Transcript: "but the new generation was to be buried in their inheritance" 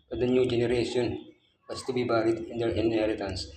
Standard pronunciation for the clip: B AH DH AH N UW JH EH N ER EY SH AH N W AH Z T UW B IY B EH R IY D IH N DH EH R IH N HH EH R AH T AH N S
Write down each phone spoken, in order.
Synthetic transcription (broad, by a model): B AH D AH N UW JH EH N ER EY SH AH N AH S T UW B IY B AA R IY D IH N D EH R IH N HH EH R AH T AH N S